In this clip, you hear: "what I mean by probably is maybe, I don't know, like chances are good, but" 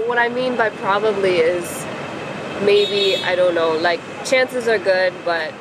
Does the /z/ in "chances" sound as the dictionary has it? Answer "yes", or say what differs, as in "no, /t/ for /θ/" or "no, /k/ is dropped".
yes